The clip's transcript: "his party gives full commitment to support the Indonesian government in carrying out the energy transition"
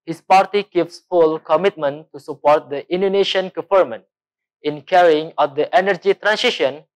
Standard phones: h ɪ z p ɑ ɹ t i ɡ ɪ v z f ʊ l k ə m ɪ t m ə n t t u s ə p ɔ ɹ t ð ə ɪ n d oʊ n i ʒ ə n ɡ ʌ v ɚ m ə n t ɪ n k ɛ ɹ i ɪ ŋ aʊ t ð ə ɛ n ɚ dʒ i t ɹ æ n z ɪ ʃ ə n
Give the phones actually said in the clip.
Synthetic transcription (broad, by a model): h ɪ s p ɑ ɹ t i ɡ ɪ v s f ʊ l k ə m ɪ t m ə n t t u s ə p ɔ ɹ t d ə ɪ n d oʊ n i ʃ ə n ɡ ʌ f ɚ m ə n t ɪ n k ɛ ɹ i ɪ ŋ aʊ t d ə ɛ n ɚ dʒ i t ɹ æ n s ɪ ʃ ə n